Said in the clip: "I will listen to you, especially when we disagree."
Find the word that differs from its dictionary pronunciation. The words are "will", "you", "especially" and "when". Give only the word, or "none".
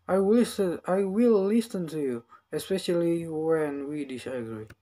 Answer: will